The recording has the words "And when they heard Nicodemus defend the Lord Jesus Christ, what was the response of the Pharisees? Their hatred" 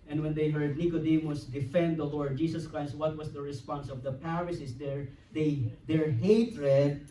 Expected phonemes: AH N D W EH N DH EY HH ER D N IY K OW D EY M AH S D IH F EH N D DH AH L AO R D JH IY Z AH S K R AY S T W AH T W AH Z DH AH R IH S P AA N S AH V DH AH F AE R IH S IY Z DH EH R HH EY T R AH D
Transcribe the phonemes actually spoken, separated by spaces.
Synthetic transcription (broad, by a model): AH N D W EH N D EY HH ER D N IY K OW D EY M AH S D IH F EH N D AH L AO R D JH IY S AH S K R AY S T W AH T W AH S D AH R IH S P AA N S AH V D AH P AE R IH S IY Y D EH R HH EY T R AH D